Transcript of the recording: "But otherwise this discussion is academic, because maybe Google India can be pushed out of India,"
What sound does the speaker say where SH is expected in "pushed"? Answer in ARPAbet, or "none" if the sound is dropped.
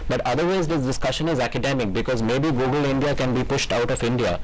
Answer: SH